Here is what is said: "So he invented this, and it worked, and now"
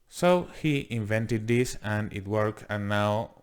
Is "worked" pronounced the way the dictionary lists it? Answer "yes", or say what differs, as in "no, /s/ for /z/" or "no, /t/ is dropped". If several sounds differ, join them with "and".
no, /t/ is dropped